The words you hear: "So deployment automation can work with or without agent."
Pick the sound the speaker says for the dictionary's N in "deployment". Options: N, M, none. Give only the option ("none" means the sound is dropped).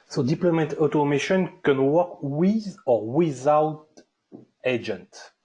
none